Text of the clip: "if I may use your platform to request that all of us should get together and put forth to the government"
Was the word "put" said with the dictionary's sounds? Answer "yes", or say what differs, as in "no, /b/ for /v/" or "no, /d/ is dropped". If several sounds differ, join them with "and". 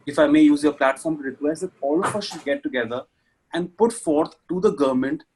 yes